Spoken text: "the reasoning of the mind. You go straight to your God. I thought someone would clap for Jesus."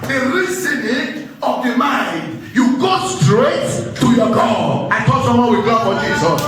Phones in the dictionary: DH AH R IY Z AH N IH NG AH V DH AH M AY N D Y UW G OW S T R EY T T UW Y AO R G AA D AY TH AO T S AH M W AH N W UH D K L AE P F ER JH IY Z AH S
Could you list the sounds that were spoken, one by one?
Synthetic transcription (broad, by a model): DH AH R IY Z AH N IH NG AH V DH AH M AY N D Y UW G OW S T R EY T T UW Y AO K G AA AY T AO S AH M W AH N W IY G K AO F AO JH IY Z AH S